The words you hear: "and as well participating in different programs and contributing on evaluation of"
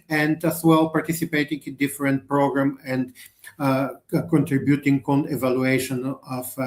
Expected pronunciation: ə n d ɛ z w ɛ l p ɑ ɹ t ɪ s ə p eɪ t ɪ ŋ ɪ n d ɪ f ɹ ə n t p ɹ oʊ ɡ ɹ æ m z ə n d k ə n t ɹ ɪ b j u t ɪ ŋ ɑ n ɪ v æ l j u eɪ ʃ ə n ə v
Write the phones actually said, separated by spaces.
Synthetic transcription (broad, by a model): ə n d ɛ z w ɛ l p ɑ ɹ t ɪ s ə p eɪ t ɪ ŋ ɪ n d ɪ f ɹ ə n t p ɹ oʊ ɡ ɹ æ m ə n d k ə n t ɹ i b j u t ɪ ŋ ɑ n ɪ v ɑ l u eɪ ʃ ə n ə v